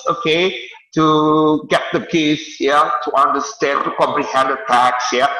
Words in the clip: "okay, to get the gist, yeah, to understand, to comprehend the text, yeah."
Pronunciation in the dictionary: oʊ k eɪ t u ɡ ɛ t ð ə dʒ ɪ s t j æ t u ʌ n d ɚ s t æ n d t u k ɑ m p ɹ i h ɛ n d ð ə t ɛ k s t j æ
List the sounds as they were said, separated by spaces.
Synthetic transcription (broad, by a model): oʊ k eɪ t u ɡ ɛ t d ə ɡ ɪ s j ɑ t u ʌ n d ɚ s t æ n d t u k ɑ m p ɹ i h ɛ n d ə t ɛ k s j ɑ